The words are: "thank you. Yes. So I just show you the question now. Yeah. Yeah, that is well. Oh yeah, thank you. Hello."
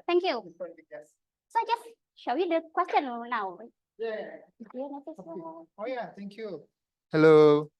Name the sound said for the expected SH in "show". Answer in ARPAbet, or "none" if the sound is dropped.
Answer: SH